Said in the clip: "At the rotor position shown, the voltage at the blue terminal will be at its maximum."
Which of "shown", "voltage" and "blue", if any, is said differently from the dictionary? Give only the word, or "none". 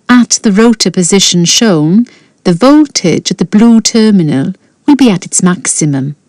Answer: none